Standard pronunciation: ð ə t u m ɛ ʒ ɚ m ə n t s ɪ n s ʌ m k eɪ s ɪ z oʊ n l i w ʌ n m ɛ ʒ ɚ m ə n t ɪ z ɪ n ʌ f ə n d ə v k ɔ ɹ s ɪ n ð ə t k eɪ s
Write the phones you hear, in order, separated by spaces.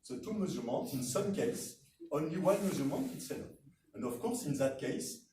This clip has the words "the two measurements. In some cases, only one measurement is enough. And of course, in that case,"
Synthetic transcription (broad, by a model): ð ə t u m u z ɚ m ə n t ɪ n s ʌ m k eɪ ɪ s oʊ n l i w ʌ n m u z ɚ m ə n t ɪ s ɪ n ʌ ə n d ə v k ɔ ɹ s ɪ n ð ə t k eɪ s